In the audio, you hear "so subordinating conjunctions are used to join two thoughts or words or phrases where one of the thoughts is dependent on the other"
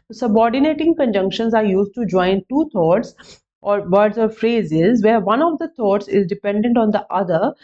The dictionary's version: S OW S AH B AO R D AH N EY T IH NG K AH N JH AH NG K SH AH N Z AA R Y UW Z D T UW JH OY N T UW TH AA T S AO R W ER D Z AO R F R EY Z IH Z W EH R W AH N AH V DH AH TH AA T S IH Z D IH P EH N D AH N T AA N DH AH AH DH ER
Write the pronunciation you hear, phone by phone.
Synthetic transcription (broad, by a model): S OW S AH B AO R D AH N EY T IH NG K AH N JH AH NG K SH AH N Z AA R Y UW Z D T UW JH OY N T UW T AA T S AO R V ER D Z AO R F R EY Z IH Z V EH R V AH N AH V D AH T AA T S IH Z D IH P EH N D AH N T AA N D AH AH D ER